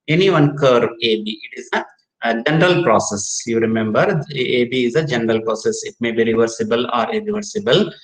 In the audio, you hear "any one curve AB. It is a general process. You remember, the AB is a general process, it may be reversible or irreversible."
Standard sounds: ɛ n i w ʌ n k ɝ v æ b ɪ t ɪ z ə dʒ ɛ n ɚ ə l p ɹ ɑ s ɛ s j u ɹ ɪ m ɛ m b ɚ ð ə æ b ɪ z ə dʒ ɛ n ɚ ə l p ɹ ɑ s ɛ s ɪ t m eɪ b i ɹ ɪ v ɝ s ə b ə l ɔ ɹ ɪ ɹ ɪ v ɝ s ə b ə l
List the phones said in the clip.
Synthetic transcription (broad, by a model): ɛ n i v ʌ n k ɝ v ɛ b ɪ t ɪ z ə dʒ ɛ n ɚ ə l p ɹ ɑ s ɛ s j u ɹ ɪ m ɛ m b ɚ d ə b ɪ z ə dʒ ɛ n ɚ ə l p ɹ ɑ s ɛ s ɪ t m eɪ b i ɹ ɪ v ɝ s ə b ə l ɔ ɹ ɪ ɹ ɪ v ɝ s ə b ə l